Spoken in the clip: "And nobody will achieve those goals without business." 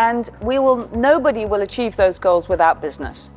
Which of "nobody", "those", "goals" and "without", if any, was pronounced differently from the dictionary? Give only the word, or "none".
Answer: none